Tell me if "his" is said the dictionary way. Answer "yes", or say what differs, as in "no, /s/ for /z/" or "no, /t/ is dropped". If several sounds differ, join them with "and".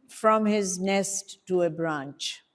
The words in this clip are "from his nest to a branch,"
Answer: yes